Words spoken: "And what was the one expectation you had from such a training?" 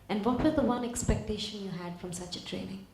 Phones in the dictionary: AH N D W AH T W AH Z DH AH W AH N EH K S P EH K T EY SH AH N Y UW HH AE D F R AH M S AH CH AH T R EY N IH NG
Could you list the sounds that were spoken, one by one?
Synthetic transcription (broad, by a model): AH N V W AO T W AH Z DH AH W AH N EH K S P EH K T EY SH AH N Y UW HH AE D F R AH M S AH CH AH T R EY N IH NG